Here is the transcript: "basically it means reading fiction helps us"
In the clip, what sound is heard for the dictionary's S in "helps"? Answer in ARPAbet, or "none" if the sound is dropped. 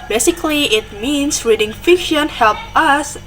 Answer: none